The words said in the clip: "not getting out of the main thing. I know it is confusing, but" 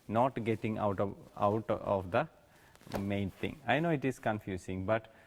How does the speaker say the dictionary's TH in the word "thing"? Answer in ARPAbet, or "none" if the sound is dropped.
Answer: T